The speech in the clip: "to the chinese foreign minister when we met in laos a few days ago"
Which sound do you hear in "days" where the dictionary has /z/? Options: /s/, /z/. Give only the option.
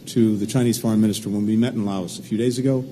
/z/